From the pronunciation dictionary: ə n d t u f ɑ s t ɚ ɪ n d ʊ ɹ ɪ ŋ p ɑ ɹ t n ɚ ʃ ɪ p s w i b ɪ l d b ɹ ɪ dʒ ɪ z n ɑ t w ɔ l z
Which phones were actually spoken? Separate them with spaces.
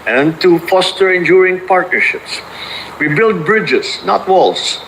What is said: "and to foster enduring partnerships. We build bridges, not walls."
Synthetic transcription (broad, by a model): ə n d t u f ɑ s t ɚ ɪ n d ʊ ɹ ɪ ŋ p ɑ ɹ t n ɚ ʃ ɪ p s w i b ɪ l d b ɹ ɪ dʒ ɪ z n ɑ t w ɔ l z